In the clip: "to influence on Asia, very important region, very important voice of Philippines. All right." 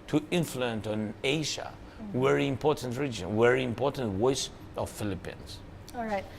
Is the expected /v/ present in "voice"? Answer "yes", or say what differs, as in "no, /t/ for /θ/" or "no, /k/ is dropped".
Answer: no, /w/ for /v/